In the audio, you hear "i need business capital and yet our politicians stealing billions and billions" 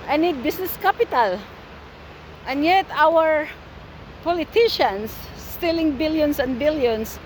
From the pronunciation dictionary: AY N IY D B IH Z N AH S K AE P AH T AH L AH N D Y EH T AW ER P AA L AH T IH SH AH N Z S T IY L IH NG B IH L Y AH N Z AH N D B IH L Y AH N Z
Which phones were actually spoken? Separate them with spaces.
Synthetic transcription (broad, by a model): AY N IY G B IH S N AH S K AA P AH T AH L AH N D Y EH T AW ER P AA L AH T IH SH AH N S T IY L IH NG B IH L Y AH N S AH N D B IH L Y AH N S